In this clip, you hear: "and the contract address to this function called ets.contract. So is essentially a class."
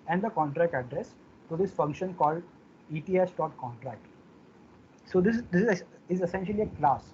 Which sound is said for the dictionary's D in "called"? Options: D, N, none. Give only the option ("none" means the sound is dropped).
D